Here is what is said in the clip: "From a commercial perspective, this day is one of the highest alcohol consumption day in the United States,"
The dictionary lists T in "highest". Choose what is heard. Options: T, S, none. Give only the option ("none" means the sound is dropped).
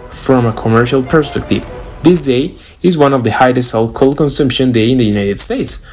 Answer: none